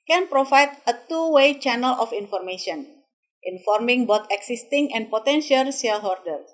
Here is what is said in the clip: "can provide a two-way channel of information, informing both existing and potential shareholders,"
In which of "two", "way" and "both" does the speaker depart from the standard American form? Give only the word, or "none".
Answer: both